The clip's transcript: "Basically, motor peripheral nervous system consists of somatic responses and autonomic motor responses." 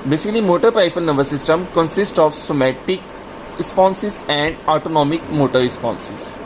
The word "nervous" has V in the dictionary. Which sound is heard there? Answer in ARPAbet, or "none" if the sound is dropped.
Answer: B